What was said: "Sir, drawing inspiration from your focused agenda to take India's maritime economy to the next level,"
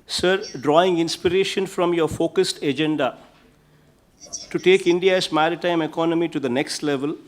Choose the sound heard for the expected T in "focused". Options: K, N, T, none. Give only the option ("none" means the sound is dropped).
T